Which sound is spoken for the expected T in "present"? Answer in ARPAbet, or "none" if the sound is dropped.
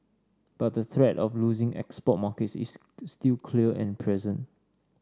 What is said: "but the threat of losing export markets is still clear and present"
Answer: none